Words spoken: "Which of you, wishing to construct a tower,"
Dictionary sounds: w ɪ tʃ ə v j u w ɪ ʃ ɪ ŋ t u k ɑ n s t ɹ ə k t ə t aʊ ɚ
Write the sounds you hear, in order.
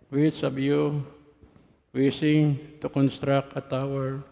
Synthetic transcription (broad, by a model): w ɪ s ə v j u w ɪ s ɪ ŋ t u k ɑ n s t ɹ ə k ə t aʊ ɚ